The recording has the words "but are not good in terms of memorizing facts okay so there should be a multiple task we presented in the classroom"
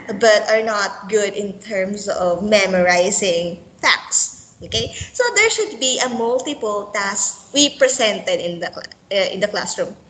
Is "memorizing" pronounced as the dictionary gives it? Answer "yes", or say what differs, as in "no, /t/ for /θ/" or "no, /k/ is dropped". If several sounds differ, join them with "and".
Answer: no, /s/ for /z/